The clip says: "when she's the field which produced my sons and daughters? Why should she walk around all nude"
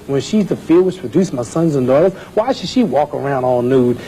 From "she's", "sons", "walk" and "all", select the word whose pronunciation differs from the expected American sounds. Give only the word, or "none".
none